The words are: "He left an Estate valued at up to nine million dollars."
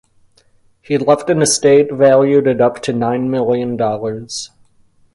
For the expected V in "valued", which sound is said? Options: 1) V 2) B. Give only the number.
1